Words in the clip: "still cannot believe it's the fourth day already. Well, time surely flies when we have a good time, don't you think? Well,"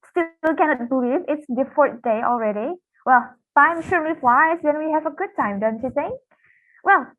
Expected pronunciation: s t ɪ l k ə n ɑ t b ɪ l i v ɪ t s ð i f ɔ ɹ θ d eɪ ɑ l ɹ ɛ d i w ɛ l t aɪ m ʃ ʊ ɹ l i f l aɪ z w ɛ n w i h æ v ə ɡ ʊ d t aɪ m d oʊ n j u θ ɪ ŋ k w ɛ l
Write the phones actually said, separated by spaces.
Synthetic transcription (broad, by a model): s t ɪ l k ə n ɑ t b ɪ l i v ɪ t s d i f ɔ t d eɪ ɑ l ɹ ɛ d i w ɛ l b aɪ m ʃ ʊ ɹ n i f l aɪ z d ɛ n w i h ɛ v ə ɡ ʊ d t aɪ m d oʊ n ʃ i s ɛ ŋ w ɛ l